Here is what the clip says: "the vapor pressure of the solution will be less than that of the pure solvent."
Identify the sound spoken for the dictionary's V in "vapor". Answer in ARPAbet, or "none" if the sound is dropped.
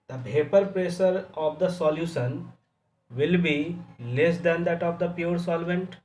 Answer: B